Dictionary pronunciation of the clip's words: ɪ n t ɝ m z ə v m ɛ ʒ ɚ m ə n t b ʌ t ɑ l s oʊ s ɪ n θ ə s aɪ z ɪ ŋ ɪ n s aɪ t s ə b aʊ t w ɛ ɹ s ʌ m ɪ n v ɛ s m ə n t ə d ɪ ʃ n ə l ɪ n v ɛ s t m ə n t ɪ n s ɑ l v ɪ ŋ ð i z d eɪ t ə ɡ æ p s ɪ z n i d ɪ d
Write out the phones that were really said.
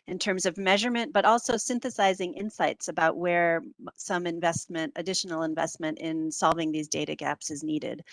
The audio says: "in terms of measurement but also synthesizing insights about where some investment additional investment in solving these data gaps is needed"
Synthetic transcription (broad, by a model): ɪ n t ɝ m z ə v m ɛ ʒ ɚ m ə n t b ʌ t ɑ l s oʊ s ɪ n θ ə s aɪ z ɪ ŋ ɪ n s aɪ t s ə b aʊ t w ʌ ɹ s ʌ m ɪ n v ɛ s m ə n t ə d ɪ ʃ n l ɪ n v ɛ s t m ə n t ɪ n s ɑ l v ɪ ŋ ð i z d eɪ t ə ɡ æ p s ɪ z n i d ɪ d